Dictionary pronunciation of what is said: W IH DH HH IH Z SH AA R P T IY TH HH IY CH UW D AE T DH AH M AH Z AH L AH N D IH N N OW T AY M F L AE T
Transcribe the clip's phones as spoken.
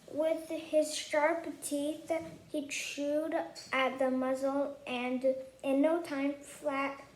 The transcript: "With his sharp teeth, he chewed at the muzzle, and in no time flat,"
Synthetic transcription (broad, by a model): W IH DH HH IH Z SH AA R P T IY TH HH IY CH UW D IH T DH AH M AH Z L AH N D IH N N OW T AY M F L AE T